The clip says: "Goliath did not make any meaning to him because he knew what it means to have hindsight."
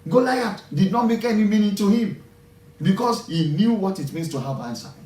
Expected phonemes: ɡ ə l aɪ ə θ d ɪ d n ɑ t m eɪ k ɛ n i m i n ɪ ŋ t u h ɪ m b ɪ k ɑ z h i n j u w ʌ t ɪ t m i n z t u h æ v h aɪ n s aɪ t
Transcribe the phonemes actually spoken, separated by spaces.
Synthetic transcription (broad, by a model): ɡ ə l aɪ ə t d ɪ d n ɑ t m eɪ k ɛ n i m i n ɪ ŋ t u h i m b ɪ k ɑ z h i n j u w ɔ t ɪ t m i n s t u h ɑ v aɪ n s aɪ